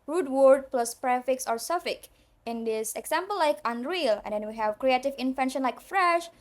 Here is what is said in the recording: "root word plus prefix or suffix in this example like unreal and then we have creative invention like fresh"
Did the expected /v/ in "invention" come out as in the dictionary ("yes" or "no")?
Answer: no